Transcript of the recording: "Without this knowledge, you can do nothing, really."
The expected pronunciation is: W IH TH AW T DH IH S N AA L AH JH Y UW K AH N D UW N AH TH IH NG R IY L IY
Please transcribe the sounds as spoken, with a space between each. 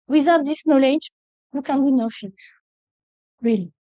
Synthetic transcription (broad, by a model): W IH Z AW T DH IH S N AA L AH JH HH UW K AH N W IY N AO F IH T R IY L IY